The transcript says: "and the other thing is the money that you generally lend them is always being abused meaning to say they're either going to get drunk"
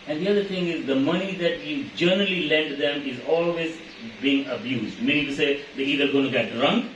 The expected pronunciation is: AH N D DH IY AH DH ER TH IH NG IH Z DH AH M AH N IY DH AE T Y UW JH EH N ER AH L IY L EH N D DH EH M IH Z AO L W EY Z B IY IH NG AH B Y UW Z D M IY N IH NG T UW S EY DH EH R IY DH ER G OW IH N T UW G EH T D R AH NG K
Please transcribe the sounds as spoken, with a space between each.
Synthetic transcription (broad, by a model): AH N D IY AH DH ER T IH NG IH Z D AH M AH N IY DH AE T Y UW JH EH N ER AH L IY L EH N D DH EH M IH Z AO L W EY Z B IY IH NG AH B Y UW Z D M IY N IH NG T UW S EY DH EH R IY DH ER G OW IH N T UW G EH T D R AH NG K